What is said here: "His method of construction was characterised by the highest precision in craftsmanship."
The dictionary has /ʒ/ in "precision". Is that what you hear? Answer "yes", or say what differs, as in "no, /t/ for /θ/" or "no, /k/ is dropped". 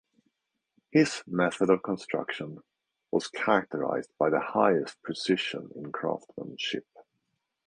no, /ʃ/ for /ʒ/